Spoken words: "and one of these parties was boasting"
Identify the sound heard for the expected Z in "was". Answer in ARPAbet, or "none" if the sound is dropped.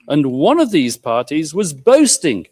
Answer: Z